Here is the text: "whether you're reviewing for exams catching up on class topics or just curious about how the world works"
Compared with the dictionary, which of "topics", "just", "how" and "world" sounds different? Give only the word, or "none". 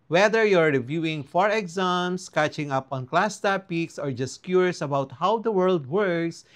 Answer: none